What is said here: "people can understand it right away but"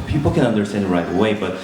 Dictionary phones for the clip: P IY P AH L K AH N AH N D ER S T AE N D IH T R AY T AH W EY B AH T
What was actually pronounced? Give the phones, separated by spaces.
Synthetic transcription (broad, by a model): P IY P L K AH N AH N D ER S T AE N D IH T R AY T AH W EY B AH T